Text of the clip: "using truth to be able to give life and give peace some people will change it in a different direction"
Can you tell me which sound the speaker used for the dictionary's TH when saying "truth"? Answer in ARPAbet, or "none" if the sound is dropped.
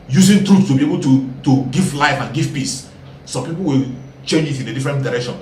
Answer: S